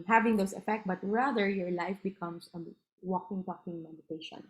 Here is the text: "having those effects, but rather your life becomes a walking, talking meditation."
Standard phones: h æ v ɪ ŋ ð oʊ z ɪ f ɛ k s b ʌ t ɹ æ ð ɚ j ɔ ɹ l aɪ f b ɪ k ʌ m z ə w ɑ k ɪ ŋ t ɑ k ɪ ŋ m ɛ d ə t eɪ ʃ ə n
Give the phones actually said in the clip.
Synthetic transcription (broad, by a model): h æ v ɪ ŋ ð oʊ s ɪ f ɛ k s b ʌ t ɹ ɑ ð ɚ j ɔ ɹ l aɪ f b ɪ k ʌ m s ə w ɑ k ɪ ŋ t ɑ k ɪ ŋ m ɛ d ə t eɪ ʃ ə n